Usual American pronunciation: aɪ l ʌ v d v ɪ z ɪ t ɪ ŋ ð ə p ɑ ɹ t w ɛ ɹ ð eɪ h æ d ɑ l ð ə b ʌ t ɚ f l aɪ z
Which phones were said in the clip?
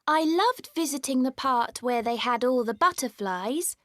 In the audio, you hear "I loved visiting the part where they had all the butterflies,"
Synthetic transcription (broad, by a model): aɪ l ʌ v d v ɪ z ɪ t ɪ ŋ ð ə p ɑ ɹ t w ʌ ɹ ð eɪ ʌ d ɑ l ð ə b ʌ t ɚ f l aɪ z